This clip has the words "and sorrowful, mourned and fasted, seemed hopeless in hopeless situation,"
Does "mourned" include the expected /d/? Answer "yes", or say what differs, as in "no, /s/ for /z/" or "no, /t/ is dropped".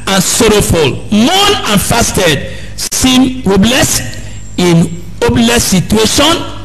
no, /d/ is dropped